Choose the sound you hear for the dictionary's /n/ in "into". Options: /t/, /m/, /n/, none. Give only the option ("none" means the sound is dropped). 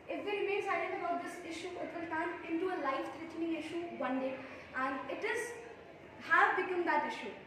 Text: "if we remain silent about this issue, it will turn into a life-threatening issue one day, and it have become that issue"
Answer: /n/